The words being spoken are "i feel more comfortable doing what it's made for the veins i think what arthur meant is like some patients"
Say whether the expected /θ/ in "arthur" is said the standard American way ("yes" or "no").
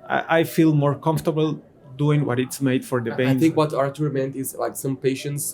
no